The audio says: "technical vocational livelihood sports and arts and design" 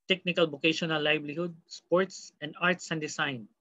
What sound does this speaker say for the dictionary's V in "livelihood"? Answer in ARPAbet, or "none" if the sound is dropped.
B